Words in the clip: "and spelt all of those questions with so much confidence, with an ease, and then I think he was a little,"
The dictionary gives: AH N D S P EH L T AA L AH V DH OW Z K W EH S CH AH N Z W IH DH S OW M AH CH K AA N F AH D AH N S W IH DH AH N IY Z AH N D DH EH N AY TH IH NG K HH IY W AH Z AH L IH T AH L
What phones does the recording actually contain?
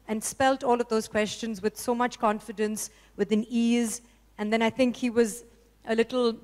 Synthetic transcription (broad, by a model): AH N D S P EH L T AA L AH V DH OW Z K W EH S CH AH N Z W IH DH S OW M AH CH K AA N F AH D AH N S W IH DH AH N IY Z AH N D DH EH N AY TH IH NG K HH IY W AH Z AH L IH T L